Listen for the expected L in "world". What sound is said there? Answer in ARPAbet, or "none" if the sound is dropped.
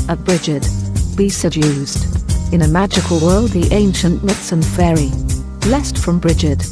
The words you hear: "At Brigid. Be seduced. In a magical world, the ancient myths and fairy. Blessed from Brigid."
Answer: L